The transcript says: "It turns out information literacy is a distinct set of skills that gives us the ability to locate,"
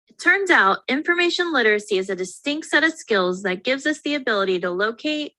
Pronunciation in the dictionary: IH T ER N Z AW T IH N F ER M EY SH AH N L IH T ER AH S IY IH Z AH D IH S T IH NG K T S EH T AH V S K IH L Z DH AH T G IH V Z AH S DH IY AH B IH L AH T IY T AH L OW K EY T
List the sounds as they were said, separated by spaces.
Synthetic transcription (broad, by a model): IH T ER N Z AW T IH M F ER M EY SH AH N L IH T ER AH S IY IH Z AH D IH S T IH NG K T S EH T AH V S K IH L Z DH AH T G IH V Z AH S DH IY AH B IH L AH T IY T AH L OW K EY T